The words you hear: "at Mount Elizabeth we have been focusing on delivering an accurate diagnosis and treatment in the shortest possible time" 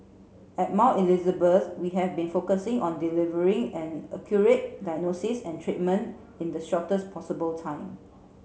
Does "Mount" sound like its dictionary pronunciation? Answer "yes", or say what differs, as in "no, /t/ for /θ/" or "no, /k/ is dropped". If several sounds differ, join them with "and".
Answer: no, /n/ is dropped